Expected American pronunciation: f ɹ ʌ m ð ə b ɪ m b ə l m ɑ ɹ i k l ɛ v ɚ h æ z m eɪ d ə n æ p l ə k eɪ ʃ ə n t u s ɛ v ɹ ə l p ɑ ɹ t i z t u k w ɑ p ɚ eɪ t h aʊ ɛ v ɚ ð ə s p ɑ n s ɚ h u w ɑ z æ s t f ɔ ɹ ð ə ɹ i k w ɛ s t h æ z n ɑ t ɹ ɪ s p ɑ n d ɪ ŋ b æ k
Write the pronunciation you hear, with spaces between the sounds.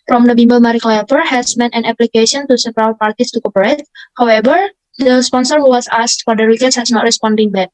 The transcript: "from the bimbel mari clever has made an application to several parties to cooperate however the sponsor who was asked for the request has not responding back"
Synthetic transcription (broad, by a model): f ɹ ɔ m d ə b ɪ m b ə l m ɑ ɹ i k l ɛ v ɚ h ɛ s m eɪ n ə n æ p l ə k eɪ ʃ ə n t u s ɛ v ɹ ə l p ɑ ɹ t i s t u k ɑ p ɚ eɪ t h aʊ ɛ v ɚ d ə s p ɑ n s ɚ h u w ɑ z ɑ s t f ɔ ɹ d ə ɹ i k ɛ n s h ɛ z n ɑ t ɹ ɪ s p ɑ n d ɪ ŋ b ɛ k